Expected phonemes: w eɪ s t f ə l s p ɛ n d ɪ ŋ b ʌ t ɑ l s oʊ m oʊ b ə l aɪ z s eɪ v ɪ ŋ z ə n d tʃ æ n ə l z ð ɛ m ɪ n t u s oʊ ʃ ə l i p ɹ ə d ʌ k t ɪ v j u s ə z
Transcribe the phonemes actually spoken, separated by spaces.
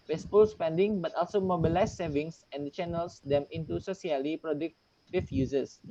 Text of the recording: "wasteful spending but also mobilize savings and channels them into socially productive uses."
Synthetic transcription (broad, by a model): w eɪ s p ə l s p ɛ n d ɪ ŋ b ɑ t ɑ l s oʊ m oʊ b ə l aɪ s s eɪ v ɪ ŋ s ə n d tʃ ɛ n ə l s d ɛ m ɪ n t u s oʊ s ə l i p ɹ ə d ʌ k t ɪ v j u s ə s